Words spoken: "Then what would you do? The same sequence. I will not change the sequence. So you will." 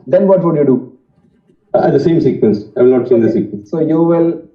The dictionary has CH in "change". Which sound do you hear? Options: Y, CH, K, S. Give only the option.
S